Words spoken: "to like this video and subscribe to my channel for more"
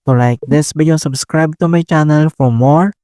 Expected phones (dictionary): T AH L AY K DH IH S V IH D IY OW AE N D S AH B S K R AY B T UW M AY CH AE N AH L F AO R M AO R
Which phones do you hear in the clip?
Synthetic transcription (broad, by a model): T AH L AY K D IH S B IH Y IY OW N S AH B S K R AY B T UW M AY CH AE N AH L F AO R M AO R